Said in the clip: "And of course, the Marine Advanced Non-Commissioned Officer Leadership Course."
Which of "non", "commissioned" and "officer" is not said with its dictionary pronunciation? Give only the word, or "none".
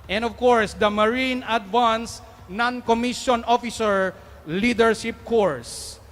commissioned